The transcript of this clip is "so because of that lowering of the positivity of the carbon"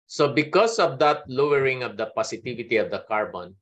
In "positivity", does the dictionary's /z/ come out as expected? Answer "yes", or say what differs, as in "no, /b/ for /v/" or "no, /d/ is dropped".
no, /s/ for /z/